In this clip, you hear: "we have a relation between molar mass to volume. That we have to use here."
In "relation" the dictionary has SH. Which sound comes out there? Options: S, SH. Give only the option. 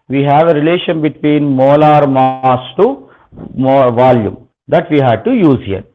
SH